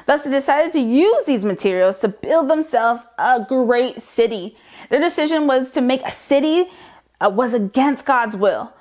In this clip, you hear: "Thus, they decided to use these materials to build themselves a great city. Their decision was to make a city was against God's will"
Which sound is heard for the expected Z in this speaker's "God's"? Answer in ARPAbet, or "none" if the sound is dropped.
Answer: Z